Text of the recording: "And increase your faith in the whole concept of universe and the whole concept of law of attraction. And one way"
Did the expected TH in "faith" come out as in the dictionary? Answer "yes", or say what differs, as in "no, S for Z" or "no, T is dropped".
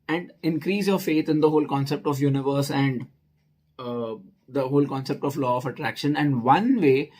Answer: no, T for TH